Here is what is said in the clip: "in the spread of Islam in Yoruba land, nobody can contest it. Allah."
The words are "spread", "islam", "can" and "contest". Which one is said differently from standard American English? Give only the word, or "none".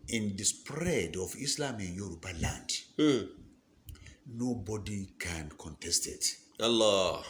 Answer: none